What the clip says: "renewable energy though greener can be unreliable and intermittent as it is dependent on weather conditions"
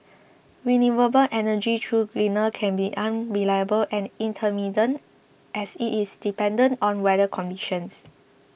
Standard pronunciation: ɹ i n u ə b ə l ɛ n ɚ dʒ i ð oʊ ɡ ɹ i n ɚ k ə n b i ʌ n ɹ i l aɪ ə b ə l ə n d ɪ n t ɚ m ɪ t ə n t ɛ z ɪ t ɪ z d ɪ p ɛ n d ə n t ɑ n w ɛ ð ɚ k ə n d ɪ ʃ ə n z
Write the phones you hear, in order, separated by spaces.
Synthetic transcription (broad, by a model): w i n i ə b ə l ɛ n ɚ dʒ i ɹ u ɡ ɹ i n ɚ k ə n b i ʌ n ɹ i l aɪ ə b ə l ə n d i n t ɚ m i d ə n t ɛ s ɪ t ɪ s d ɪ p ɛ n d ə n t ɑ n w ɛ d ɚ k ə n d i ʃ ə n s